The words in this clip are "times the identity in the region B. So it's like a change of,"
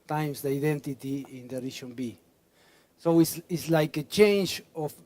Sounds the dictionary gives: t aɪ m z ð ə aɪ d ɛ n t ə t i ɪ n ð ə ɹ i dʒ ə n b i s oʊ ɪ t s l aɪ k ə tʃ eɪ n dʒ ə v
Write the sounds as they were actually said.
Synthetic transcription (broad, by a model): t aɪ m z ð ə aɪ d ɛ n t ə t i ɪ n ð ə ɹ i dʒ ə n b i s oʊ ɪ s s l aɪ k ə tʃ eɪ n dʒ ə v